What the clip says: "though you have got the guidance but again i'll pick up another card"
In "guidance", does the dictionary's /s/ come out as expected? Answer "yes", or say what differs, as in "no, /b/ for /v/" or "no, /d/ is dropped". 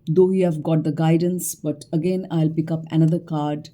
yes